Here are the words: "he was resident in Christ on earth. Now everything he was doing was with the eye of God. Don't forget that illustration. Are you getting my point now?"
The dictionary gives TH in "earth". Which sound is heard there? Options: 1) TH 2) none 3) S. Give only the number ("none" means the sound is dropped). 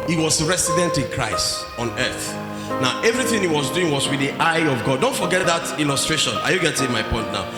1